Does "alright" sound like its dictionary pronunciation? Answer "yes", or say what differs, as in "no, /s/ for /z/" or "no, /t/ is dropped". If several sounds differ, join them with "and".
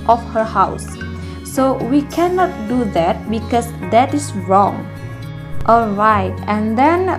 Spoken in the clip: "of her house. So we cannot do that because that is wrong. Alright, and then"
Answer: yes